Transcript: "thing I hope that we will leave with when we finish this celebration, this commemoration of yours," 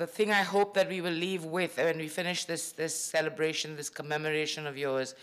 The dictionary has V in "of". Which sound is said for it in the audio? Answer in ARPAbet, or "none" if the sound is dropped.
V